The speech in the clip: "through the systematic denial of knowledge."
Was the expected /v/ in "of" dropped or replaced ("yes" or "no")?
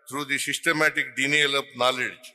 yes